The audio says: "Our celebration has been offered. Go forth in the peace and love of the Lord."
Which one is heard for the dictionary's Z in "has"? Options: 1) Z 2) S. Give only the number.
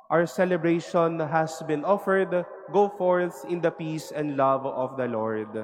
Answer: 2